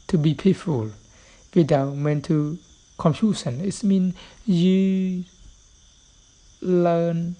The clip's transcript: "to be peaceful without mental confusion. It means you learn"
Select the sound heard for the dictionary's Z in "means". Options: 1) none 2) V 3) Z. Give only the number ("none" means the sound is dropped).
1